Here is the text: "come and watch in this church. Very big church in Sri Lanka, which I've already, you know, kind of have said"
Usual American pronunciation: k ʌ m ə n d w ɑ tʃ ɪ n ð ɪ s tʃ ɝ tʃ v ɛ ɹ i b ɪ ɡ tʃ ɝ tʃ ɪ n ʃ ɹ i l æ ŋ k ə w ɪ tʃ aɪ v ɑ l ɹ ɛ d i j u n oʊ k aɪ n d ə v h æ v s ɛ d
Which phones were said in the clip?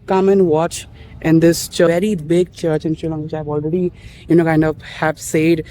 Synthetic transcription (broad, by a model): k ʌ m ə n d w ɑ tʃ ɪ n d ɪ s tʃ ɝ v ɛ ɹ i b ɪ ɡ tʃ ɝ tʃ ɪ n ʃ i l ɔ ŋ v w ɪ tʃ aɪ v ɑ l ɹ ɛ d i j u n oʊ k aɪ n d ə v h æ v s ɛ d